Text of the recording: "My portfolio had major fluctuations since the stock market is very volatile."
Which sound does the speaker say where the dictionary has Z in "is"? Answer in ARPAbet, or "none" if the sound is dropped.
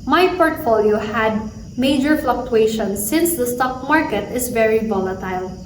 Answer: S